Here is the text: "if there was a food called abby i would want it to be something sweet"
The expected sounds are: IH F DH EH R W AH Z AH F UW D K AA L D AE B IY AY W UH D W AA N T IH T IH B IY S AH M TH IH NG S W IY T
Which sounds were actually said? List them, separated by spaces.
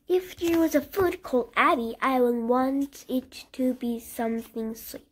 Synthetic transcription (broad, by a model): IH F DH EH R W AH Z AH F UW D K AA L D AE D IY AY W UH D W AA N T IH T IH B IY S AH M TH IH NG S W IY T